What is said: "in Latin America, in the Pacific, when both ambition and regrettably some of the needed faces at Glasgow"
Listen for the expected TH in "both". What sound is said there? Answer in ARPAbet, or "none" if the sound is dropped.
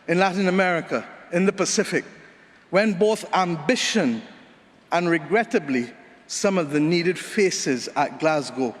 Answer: TH